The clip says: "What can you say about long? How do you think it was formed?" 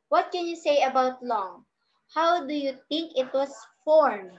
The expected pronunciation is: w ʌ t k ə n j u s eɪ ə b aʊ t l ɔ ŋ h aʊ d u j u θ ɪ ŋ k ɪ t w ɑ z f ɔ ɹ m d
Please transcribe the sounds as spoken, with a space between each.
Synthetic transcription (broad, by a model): w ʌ t k ə n j u s eɪ ə b aʊ t l ɔ ŋ h aʊ d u j u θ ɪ ŋ k ɪ t w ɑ s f ɔ ɹ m